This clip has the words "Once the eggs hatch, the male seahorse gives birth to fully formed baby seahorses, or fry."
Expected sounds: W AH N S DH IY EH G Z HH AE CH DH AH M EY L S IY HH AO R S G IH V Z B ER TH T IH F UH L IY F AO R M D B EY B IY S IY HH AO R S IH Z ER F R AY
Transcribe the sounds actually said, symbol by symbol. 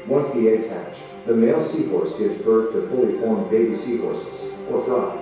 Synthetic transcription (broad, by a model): W AH N S DH IY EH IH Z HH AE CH DH AH M EY L S IY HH AO R S G IH V Z B ER TH T IH F UH L IY F AO R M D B EY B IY S IY HH AO R S IH Z ER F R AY